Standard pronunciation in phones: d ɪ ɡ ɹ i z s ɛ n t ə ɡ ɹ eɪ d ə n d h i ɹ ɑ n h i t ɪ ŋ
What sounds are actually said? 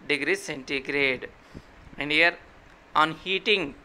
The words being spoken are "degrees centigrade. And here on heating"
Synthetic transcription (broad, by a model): d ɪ ɡ ɹ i s ɛ n t ə ɡ ɹ eɪ d ə n d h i ɹ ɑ n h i t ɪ ŋ